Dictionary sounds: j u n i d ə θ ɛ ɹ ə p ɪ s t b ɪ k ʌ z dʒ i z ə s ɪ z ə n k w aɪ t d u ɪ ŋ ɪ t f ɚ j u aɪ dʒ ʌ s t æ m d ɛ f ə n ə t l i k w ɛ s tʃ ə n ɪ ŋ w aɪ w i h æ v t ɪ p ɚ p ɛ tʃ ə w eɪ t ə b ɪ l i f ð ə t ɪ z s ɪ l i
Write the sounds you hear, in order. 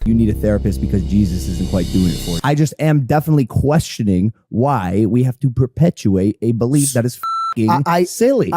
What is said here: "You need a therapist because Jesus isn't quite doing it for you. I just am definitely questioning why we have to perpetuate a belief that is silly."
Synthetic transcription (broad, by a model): j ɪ n i d ə θ ɛ ɹ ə p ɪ s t b ɪ k ʌ z dʒ i z ə s ɪ z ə n k w aɪ t d u ɪ ŋ ɪ t f ɚ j aɪ dʒ ʌ s t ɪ m d ɛ f ə n ə t l i k w ɛ s tʃ ə n ɪ ŋ w aɪ w i h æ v t ɪ p ɚ p ɛ tʃ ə eɪ t ə b ɪ l i f ð ə t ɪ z s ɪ l i